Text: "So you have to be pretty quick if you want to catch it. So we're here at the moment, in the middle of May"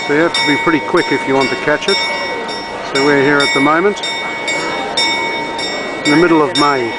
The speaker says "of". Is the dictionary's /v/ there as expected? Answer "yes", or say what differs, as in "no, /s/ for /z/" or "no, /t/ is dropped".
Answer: yes